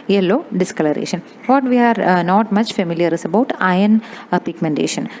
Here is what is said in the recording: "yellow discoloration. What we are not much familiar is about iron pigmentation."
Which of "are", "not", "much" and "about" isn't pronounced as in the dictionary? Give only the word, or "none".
none